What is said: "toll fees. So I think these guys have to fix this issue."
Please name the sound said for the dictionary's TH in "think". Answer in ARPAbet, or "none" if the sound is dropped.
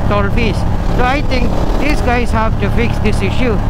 T